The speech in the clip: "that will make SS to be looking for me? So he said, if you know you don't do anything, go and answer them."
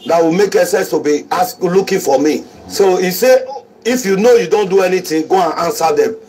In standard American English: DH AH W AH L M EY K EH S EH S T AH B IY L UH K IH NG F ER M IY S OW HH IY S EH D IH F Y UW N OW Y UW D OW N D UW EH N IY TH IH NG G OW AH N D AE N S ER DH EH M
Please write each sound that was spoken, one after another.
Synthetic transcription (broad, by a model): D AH W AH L M EY K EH S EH S T AH B IY L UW K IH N F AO M IY S OW IY S EH IH F Y UW N OW Y UW D OW N D UW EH N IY T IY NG G OW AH N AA N S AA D EH M